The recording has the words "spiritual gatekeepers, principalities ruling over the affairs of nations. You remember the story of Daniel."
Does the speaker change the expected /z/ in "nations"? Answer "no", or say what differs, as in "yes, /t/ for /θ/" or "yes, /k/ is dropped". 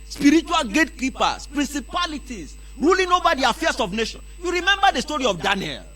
yes, /z/ is dropped